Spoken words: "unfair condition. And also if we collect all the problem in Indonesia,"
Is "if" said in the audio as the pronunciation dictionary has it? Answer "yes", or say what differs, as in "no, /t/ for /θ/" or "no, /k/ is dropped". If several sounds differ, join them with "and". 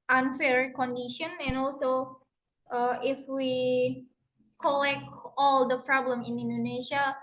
yes